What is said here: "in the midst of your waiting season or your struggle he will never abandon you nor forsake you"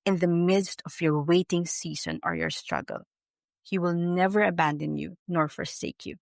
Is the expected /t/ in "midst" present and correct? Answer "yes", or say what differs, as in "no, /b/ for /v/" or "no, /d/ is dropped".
yes